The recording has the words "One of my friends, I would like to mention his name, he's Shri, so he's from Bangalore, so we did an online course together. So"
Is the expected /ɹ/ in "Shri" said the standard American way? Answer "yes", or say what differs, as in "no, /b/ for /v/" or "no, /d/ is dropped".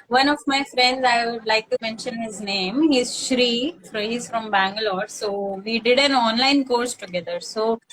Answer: yes